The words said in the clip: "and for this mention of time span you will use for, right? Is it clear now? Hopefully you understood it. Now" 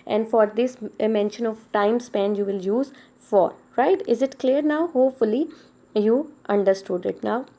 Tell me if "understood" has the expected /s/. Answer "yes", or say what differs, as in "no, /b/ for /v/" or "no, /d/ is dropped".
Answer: yes